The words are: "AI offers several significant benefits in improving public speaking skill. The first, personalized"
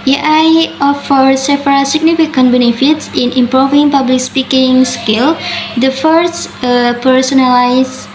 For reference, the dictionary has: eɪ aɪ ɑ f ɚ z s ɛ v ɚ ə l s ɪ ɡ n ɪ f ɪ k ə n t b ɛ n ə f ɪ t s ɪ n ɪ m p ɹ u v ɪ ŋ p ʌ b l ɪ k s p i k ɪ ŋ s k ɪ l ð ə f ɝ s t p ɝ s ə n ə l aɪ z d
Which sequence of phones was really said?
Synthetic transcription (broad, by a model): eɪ aɪ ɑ f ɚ s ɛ f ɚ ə s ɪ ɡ n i f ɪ k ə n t b ɛ n ə f ɪ t s ɪ n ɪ m p ɹ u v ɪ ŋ p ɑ b l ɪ k s p i k ɪ ŋ s k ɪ l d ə f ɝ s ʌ p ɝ s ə n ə l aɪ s